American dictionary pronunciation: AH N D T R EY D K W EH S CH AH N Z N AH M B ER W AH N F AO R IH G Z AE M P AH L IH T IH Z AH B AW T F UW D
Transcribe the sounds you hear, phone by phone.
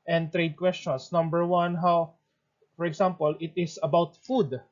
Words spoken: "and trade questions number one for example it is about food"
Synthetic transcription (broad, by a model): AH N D T R EY D K W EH S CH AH N S N AH M B ER W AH N F AO R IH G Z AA M P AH L IH T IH S AH B AW T F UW D